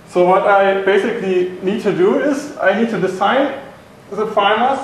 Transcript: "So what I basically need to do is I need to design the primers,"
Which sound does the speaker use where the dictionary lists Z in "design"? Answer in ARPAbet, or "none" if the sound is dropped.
S